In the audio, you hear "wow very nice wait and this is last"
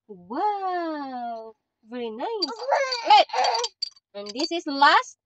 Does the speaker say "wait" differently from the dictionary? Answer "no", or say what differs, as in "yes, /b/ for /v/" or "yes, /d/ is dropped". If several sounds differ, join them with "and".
yes, /t/ is dropped